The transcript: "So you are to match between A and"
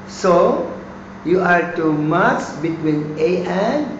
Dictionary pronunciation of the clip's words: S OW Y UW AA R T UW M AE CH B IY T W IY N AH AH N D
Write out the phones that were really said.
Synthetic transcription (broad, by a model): S OW Y UW AA R T UW M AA S B IY T W IY N AH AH N